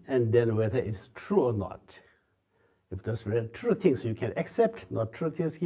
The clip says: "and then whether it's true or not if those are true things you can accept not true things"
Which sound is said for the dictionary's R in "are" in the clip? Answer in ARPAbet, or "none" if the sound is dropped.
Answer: L